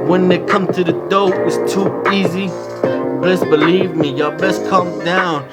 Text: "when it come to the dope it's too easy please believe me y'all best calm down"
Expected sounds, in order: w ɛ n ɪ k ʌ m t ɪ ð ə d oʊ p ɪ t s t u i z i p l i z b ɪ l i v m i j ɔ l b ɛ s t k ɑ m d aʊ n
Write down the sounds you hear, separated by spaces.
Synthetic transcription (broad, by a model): w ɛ n ɪ k ʌ m t ɪ ð ə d oʊ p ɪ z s t u i z i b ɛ s b ɪ l i v m i j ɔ b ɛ s k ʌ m d aʊ n